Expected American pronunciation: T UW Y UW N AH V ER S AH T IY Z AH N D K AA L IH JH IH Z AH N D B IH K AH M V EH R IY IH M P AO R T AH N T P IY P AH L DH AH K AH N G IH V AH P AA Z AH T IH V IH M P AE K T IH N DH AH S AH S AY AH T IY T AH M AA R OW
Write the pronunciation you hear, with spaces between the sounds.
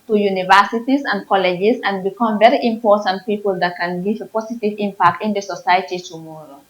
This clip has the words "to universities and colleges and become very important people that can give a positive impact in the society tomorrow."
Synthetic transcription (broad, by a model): T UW Y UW N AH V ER S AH T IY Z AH N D K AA L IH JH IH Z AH N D B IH K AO M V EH R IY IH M P AO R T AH N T P IY P AH L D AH K AH N G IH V P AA S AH T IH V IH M P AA K T IH N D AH S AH S AY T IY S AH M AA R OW